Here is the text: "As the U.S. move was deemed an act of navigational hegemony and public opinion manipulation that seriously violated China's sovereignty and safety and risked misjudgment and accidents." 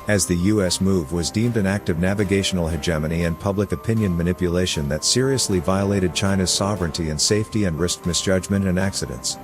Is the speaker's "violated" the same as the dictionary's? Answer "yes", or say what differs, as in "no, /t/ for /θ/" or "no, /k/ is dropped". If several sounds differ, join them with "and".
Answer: yes